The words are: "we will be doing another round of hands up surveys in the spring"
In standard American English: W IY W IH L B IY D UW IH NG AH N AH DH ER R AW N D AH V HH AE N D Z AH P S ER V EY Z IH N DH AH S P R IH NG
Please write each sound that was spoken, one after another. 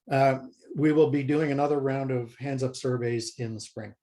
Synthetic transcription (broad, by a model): W IY W IH L B IY D UW IH NG AH N AH DH ER R AW N D AH V HH AE N D Z AH P S ER V EY Z IH N DH AH S P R IH NG